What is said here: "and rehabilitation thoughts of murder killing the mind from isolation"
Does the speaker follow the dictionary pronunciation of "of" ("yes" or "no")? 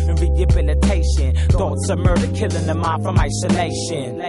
no